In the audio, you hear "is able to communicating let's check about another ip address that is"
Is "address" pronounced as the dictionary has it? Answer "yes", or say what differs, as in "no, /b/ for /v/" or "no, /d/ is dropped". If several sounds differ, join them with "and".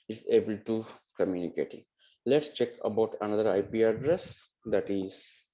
yes